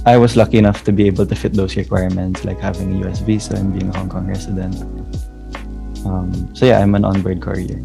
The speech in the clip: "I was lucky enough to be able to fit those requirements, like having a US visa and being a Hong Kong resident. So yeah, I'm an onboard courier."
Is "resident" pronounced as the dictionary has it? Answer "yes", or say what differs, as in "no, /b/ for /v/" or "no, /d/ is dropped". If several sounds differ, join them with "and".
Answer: no, /s/ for /z/